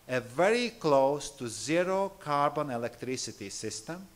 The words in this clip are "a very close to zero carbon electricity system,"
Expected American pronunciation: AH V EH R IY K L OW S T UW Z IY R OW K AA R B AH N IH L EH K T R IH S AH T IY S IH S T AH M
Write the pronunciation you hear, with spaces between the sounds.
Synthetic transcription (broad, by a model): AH V EH R IY K L OW S T UW Z IY R OW K AA R B AH N IH L EH K T R IH S AH T IY S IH S T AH M